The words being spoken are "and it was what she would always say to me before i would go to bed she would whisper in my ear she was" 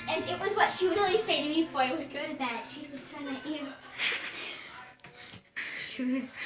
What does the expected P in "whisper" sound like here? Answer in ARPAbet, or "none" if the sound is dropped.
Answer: none